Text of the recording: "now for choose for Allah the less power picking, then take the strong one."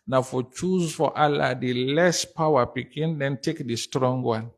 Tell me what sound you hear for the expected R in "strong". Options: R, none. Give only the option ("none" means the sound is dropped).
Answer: R